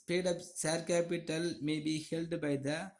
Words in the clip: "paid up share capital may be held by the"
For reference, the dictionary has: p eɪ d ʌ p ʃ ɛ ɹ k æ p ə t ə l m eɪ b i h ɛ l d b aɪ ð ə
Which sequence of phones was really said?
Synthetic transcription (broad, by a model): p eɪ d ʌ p s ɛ ɹ k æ p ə t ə l m eɪ b i h ɛ l d b aɪ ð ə